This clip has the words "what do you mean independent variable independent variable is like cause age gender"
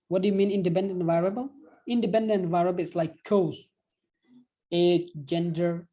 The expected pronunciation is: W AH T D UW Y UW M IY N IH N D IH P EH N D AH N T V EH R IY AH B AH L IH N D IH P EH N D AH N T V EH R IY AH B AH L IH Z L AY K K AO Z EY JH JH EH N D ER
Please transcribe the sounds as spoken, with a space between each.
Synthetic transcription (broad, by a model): W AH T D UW Y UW M IY N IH N D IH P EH N D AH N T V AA R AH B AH L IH N D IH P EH N D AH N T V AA R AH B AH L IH S L AY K K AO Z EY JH JH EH N D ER